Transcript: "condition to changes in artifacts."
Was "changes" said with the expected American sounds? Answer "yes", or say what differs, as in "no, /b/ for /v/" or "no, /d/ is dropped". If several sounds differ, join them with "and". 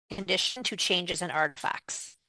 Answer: yes